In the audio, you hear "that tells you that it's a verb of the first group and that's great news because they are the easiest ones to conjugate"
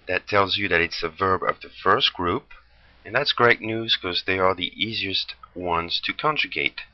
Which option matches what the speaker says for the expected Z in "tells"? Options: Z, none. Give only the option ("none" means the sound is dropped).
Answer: Z